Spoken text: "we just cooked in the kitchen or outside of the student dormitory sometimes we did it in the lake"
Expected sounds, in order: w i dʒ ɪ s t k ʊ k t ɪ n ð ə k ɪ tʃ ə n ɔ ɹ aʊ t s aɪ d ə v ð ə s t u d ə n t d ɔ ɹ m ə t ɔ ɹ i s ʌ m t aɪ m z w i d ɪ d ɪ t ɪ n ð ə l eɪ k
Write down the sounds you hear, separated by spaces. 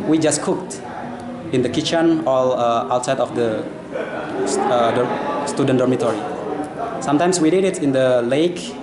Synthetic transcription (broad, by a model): w i dʒ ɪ s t k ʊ k t ɪ n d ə k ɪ tʃ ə n ɔ l aʊ t s aɪ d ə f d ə s t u d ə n d ɔ ɹ m ə t ɔ ɹ i s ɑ m t aɪ m s w i d ɪ d ɪ t ɪ n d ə l eɪ k